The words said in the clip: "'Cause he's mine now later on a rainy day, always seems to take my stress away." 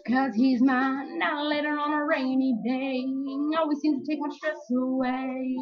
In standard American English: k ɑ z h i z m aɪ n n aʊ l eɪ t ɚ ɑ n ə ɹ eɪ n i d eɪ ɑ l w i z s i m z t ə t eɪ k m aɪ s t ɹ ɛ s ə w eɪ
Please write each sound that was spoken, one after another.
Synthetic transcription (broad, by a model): k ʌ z h i z m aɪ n n aʊ l eɪ t ɚ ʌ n ə ɹ eɪ n i d eɪ ɑ l w i z s i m t ə t eɪ k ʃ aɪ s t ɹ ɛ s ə w eɪ